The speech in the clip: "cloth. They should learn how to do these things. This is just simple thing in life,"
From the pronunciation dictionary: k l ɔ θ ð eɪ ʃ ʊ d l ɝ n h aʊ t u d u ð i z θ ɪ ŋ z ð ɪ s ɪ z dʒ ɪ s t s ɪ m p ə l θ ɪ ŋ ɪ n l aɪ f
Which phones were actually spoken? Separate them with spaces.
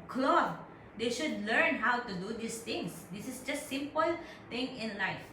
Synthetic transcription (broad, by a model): k l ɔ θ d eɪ ʃ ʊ d l ɝ n h aʊ t u d u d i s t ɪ ŋ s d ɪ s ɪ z dʒ ɪ s t s ɪ m p ə l t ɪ ŋ ɪ n l aɪ f